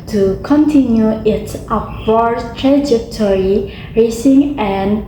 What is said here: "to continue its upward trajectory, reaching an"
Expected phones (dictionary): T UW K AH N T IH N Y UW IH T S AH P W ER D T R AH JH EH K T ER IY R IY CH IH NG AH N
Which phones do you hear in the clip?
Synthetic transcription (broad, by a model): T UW K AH N T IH N Y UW IH T S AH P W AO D T R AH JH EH K T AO IY R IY S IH NG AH N